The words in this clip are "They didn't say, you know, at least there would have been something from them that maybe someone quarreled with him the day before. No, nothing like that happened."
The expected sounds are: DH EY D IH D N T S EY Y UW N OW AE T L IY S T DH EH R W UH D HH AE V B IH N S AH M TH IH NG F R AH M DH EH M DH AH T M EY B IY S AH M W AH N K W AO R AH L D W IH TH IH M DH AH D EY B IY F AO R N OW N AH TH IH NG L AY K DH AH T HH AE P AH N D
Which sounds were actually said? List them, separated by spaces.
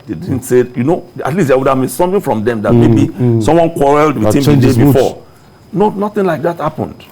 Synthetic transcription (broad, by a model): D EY D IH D N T S EY Y UW N OW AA T L IY S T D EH W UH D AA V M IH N S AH M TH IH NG F R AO M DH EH M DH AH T M EY B IY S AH M W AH N K W AO R AH L D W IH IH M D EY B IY F AO N OW N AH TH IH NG L AY K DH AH T HH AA P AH N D